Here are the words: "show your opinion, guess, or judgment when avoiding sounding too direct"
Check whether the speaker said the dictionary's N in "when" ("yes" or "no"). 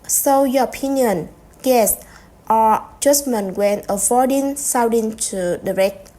yes